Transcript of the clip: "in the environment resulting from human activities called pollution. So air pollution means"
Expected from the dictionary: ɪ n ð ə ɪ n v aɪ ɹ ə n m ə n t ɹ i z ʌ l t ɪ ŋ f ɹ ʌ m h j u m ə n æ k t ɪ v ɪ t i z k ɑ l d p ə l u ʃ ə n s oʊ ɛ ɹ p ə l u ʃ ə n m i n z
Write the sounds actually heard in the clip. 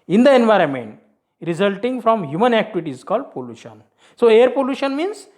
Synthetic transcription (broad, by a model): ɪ n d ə ɪ n v aɪ ɹ ə n m ə n t ɹ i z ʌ l t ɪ ŋ f ɹ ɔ m h j u m ə n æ k t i v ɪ t i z k ɑ l d p ə l u ʃ ə n s oʊ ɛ ɹ p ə l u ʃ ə n m i n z